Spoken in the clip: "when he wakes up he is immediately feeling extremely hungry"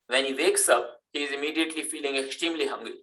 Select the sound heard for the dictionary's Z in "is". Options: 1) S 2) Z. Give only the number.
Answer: 2